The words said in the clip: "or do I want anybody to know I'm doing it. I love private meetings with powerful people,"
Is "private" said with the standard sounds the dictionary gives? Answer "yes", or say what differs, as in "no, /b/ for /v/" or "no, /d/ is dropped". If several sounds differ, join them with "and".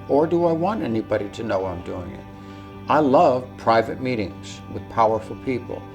yes